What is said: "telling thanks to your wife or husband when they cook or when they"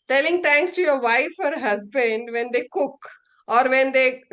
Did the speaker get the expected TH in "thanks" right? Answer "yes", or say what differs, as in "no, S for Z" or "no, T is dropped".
no, T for TH